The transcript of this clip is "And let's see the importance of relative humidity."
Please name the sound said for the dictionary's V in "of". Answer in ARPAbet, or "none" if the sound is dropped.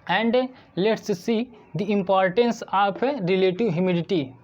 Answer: P